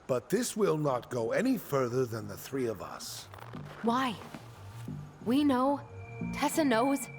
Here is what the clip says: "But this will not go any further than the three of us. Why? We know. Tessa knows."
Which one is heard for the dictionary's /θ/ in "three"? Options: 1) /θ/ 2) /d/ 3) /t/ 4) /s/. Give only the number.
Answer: 1